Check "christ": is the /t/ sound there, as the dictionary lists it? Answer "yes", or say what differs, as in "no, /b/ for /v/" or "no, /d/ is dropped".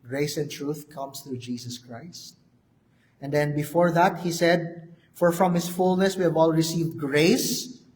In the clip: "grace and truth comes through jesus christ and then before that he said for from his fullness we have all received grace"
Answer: yes